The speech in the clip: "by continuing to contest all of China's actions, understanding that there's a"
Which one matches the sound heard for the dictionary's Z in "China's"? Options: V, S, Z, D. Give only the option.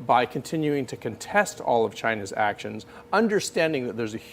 Z